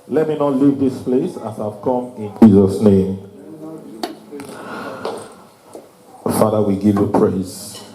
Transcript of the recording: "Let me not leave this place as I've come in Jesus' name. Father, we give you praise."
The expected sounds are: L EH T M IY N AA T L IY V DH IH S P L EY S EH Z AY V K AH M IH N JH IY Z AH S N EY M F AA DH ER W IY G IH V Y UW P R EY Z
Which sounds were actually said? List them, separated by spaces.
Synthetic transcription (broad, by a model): L EH T M IY N AA T L IY V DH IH S P L EY S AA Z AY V K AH M IH N JH IY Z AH S N EY M F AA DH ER W IY G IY V Y UW P R EY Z